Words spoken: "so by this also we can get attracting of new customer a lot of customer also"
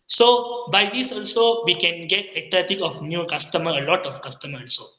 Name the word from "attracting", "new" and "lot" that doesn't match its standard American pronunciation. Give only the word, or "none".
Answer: attracting